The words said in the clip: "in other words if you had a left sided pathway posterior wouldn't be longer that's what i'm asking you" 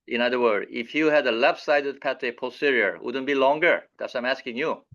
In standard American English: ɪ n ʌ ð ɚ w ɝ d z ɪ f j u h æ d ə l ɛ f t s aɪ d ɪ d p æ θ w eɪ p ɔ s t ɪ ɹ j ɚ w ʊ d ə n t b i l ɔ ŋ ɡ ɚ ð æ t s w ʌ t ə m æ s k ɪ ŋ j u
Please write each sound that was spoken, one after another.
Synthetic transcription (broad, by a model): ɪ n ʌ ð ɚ w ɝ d ɪ f j u h æ d ə l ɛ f s aɪ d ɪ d p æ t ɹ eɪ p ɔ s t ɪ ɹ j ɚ w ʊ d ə n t b i l ɔ ŋ ɡ ɚ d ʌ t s ə m æ s k ɪ ŋ j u